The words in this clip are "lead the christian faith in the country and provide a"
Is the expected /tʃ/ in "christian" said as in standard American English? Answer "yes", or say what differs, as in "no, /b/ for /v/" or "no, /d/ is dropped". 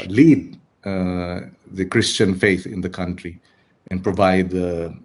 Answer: yes